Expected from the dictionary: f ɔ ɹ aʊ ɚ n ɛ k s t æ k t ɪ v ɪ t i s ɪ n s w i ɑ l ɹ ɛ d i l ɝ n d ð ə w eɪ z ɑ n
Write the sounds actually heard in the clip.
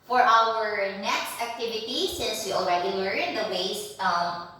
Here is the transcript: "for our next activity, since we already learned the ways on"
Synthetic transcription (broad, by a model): f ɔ ɹ aʊ ɚ n ɛ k s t æ k t ɪ v ɪ t i s ɪ n s w i ɑ l ɹ ɛ d i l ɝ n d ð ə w eɪ s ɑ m